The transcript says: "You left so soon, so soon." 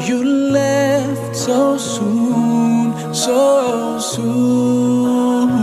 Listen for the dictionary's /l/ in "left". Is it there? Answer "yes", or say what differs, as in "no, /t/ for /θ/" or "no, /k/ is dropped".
yes